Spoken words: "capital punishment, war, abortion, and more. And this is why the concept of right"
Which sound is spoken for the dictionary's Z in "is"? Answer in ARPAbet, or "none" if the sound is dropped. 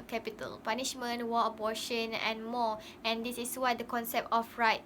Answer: S